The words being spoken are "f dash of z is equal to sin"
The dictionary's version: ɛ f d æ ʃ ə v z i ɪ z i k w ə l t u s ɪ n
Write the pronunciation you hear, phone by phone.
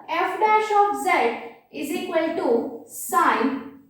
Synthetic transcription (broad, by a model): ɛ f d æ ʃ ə p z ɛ ɪ z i k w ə l t u s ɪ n